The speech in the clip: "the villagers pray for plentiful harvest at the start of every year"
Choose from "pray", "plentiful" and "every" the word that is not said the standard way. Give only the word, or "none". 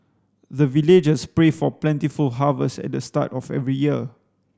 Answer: none